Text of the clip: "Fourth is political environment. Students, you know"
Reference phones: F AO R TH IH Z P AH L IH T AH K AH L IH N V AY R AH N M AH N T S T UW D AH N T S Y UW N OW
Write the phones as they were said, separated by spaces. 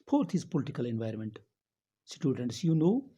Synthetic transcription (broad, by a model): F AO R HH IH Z P AH L IH T AH K AH L IH N V AY R AH N M AH N T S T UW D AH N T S Y UW N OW